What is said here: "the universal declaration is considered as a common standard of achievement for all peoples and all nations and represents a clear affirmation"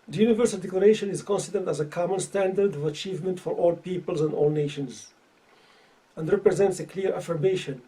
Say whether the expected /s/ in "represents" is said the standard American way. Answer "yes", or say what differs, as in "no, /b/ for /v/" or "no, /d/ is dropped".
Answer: yes